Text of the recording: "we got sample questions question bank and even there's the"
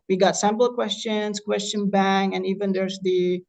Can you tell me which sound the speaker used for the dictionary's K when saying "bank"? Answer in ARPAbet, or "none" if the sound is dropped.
none